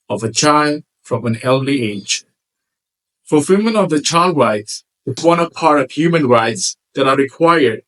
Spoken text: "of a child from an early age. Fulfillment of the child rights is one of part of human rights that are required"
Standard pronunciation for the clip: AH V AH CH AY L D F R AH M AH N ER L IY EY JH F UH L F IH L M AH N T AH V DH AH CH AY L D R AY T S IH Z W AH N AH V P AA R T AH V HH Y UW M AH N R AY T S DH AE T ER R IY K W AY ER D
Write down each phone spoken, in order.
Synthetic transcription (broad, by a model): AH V AH CH AY L D F R AH M AH N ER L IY EY JH F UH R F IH M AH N AH V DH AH CH AY L D R AY T S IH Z W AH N AH V P AA R T AH V HH Y UW M AH N R AY T S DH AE T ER R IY K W AY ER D